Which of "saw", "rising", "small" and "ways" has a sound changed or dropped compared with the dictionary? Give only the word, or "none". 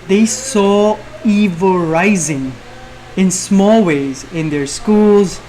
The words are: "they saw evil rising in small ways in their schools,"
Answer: none